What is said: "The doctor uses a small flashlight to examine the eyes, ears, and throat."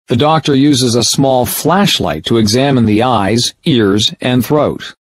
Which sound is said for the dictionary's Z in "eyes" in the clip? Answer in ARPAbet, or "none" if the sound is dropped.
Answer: Z